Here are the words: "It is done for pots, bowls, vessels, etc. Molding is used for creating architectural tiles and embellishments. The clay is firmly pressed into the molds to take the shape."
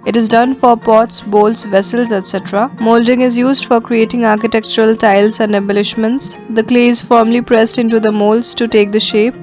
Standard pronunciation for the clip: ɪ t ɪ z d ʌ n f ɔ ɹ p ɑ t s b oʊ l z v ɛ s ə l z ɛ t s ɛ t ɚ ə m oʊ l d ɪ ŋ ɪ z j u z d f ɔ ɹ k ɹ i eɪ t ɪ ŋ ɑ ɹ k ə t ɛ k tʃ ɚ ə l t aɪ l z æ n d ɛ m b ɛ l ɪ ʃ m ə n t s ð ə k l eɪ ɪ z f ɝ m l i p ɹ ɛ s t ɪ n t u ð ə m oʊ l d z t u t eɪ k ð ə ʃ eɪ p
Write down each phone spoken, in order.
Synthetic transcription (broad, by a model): ɪ t ɪ z d ʌ n f ɔ ɹ p ɑ t s b oʊ l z v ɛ s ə l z ɛ t s ɛ t ɚ ə m oʊ l d ɪ ŋ ɪ z j u z d f ɔ ɹ k ɹ i eɪ t ɪ ŋ ɑ ɹ k ə t ɛ k tʃ ɚ ə l t aɪ l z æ n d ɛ b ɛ l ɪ ʃ m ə n t s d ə k l eɪ ɪ z f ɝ m l i p ɹ ɛ s t ɪ n t u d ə m oʊ l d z t u t eɪ k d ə ʃ eɪ p